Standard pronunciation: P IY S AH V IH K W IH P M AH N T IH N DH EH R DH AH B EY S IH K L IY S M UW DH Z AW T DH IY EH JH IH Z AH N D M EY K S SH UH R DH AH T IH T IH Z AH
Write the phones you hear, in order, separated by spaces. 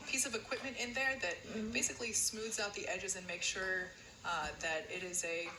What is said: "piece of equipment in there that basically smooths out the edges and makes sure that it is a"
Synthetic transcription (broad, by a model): P IY S AH V IH K W IH P M AH N T IH N DH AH R DH AH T EY S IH K L IY S M UW DH Z AW T DH IY EH JH IH Z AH N M EY K SH UH R DH AH T IH T IH Z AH